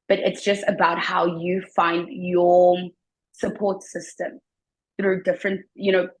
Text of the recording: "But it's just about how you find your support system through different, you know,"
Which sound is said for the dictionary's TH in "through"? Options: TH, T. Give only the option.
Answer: TH